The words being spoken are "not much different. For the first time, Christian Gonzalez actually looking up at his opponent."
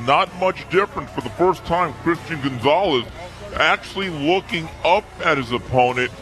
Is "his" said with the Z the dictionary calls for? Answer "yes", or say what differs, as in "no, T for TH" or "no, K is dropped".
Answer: yes